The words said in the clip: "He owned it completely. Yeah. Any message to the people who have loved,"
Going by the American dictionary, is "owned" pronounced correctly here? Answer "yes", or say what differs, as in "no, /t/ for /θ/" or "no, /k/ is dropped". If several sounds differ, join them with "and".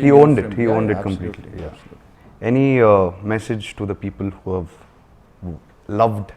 yes